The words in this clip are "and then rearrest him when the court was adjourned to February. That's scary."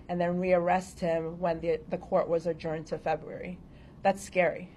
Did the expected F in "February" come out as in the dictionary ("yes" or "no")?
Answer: yes